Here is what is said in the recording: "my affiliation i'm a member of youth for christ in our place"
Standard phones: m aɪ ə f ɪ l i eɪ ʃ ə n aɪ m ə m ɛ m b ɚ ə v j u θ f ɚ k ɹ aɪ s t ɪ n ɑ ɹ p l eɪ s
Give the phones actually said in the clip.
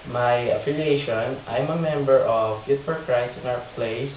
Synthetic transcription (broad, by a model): m aɪ ə f ɪ l i eɪ ʃ ə n aɪ m ə m ɛ m b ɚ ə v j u t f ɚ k ɹ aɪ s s ɪ n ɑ w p l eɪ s